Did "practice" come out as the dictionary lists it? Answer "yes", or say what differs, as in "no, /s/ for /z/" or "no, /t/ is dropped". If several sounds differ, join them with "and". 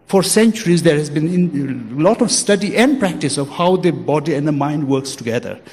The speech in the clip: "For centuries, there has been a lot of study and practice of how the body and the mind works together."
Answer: yes